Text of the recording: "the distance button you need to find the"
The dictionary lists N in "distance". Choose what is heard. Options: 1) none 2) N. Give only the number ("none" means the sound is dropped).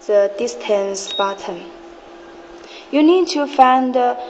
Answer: 2